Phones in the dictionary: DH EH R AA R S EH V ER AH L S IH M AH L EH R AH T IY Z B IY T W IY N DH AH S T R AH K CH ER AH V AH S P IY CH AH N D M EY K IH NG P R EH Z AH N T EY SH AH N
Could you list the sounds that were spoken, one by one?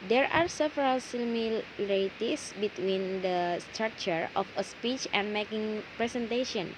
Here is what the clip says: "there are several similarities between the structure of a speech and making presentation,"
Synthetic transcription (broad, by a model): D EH R AA R S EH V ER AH L S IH M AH L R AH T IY S B IY T W IY N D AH S T R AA K CH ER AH F AH S P IY CH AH N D M EY K IH NG P R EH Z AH N T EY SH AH N